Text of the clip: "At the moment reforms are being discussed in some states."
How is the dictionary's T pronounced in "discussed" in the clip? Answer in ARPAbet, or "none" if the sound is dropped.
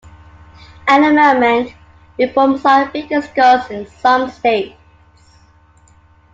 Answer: none